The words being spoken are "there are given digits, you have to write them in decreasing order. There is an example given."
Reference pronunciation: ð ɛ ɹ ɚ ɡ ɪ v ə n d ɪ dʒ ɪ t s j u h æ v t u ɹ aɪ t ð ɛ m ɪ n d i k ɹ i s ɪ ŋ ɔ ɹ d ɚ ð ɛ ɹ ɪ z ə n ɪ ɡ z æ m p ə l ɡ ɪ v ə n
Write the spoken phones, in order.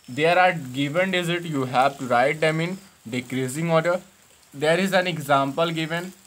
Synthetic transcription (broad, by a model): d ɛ ɹ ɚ ɡ ɪ v ə n d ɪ z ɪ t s j u h æ v t u ɹ aɪ t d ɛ m ɪ n d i k ɹ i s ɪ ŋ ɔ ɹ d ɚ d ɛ ɹ ɪ z ə n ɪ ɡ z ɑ m p ə l ɡ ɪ v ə n